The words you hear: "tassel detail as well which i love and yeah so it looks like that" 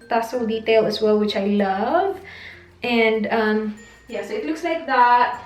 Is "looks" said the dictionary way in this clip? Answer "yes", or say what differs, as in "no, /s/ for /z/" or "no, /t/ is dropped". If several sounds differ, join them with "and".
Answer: yes